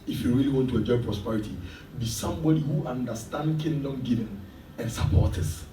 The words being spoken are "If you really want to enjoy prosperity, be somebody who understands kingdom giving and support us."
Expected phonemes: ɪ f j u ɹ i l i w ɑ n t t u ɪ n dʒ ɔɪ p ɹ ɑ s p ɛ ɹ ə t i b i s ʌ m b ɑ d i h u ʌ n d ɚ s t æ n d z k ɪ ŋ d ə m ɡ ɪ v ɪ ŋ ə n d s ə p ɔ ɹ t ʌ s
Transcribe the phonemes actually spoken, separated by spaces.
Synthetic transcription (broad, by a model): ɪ f j u ɹ i l i w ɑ n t t u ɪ dʒ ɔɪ p ɹ ɑ s p ɛ ɹ ə t i b i s ʌ m b ɑ d i h u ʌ n d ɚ s t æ n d k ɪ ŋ d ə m ɡ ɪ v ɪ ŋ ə n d s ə p ɔ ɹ t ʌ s